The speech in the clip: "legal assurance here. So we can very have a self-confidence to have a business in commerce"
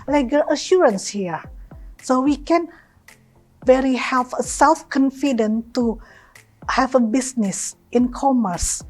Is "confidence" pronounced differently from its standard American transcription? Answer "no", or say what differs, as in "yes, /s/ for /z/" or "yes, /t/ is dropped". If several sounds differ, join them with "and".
yes, /s/ is dropped